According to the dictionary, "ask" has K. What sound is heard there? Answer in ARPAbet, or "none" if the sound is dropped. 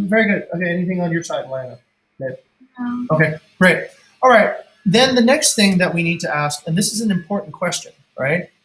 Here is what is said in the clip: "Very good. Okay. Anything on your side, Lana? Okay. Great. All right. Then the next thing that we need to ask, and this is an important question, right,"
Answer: K